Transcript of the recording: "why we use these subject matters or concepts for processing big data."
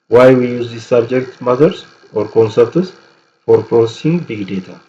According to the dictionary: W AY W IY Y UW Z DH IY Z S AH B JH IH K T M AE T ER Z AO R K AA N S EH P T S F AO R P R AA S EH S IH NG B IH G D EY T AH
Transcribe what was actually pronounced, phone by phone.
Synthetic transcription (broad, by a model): W AY W IY Y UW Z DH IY S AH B JH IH K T M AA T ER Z AO R K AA N S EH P T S F AO R P R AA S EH S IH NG B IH G D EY T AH